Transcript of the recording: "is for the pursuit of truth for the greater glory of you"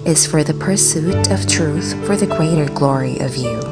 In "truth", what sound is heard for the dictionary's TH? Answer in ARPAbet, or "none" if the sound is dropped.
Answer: TH